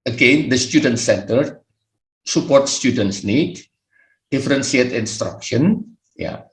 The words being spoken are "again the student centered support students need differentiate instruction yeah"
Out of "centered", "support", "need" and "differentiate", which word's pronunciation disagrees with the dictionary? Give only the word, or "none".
differentiate